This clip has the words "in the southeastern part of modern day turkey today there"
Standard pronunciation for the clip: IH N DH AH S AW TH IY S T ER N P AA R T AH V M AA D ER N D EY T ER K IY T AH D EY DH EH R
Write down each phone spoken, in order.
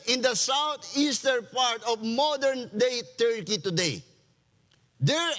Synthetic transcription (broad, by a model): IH N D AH S AW T IY S T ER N P AA R T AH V M AA D ER N D EY T ER K IY T AH D EY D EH R